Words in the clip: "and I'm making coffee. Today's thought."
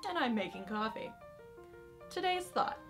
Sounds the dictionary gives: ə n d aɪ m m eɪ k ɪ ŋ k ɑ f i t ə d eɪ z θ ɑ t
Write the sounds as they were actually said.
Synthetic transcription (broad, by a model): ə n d aɪ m m eɪ k ɪ ŋ k ɑ f i t ə d eɪ z θ ɑ t